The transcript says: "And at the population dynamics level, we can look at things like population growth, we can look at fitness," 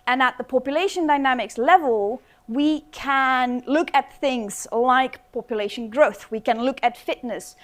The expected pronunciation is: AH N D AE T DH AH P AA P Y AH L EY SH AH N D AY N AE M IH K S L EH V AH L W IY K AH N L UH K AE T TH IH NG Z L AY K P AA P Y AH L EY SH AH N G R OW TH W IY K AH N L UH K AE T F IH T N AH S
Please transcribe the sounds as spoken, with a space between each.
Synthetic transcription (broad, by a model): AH N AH T DH AH P AA P Y AH L EY SH AH N D AY N AE M IH K S L EH V AH L W IY K AH N L UH K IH T TH IH NG Z L AY K P AA P Y AH L EY SH AH N G R OW TH W IY K AH N L UH K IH T F IH T N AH S